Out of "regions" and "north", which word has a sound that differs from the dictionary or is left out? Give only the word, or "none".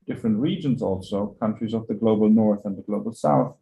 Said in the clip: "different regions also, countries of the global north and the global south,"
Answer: none